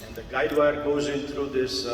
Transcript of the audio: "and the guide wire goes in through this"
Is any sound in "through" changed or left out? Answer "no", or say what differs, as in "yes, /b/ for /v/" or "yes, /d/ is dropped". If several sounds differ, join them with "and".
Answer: yes, /t/ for /θ/